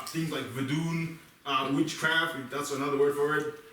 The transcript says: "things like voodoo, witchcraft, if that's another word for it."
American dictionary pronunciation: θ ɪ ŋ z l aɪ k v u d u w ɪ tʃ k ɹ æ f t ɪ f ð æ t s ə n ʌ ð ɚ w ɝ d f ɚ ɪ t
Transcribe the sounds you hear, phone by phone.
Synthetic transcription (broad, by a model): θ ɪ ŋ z l aɪ k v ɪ d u w ɪ tʃ k ɹ æ f t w ð æ t s ə n ʌ ð ɚ w ɝ d f ɚ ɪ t